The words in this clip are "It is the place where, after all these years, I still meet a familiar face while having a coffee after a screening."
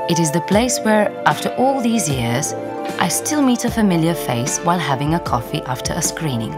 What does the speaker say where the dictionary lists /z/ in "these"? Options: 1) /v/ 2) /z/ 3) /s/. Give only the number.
2